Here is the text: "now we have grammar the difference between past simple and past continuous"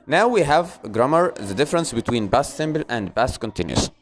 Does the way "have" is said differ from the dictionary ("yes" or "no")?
no